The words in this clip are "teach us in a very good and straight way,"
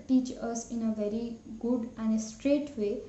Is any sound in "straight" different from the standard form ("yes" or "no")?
no